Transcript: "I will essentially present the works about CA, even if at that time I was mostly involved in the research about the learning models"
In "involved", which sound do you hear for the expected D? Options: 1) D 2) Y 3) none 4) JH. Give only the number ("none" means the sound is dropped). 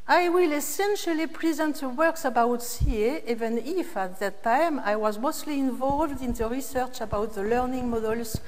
1